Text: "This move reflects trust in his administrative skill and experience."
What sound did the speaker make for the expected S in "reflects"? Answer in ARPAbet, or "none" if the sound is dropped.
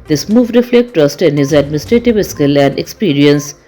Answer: none